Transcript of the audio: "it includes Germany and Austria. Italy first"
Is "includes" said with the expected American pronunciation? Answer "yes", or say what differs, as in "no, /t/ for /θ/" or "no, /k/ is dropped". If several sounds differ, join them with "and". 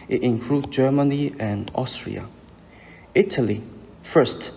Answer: no, /z/ is dropped